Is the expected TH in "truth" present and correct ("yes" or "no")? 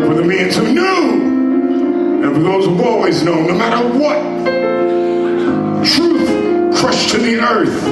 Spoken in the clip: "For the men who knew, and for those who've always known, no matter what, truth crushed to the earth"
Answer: yes